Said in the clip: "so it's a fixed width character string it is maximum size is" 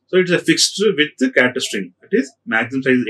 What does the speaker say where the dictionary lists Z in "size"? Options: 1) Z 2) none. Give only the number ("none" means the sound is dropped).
2